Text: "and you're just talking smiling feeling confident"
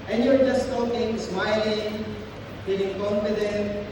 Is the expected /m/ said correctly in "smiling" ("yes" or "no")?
yes